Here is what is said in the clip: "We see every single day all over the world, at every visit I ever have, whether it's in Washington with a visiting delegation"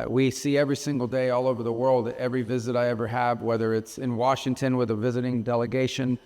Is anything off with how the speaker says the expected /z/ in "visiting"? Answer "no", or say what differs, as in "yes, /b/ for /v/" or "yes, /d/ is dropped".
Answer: no